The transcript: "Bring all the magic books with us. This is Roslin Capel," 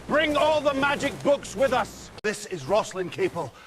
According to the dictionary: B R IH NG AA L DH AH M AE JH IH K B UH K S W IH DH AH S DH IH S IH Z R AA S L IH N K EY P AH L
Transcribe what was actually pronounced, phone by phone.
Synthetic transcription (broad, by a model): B R IH NG AA L DH AH M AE JH IH K B UH K S W IH DH AH S DH IH S IH Z R AA S L IH N K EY P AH L